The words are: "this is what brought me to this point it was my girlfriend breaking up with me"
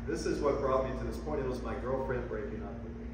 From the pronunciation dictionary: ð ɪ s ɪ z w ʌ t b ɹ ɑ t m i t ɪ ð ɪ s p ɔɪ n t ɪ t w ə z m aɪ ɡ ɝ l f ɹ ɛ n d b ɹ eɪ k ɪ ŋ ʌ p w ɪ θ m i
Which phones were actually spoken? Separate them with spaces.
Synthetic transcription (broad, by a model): ð ɪ s ɪ z w ʌ t b ɹ ɑ t m i t ɪ ð ɪ s p ɔɪ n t ɪ t w ə z m aɪ ɡ ɝ l f ɹ ɛ n d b ɹ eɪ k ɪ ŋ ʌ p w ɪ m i